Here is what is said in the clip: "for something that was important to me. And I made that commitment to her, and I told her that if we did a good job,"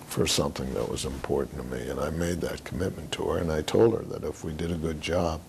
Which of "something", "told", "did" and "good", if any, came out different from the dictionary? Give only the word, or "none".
none